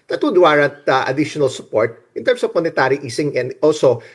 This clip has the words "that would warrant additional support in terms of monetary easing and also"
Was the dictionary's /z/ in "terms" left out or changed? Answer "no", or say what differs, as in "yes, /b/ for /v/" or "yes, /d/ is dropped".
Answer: yes, /s/ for /z/